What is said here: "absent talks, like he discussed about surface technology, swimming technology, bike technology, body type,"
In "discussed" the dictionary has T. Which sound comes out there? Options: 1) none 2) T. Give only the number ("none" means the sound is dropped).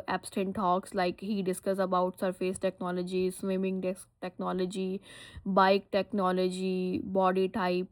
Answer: 1